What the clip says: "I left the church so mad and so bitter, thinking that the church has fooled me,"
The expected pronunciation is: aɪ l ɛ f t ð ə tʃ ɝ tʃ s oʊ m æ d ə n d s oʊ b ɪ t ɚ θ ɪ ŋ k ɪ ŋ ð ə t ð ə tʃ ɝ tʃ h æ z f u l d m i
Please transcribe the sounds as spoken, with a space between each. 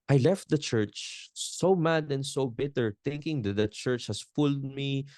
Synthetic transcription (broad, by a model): aɪ l ɛ f t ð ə tʃ ɝ tʃ s oʊ m æ d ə n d s oʊ b ɪ t ɚ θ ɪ ŋ k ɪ ŋ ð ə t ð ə tʃ ɝ tʃ h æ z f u l d m i